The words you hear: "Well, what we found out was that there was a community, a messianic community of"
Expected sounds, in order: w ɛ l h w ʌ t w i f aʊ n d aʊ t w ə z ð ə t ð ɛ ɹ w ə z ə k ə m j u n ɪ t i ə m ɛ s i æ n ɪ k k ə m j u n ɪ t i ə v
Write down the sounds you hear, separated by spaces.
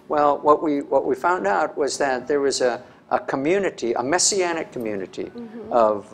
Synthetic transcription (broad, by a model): w ɛ l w w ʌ t w i f aʊ n d aʊ t w ə z ð ə t ð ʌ ɹ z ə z ə k ə m j u n ɪ t i ə m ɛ s i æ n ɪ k k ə m j u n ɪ t i ə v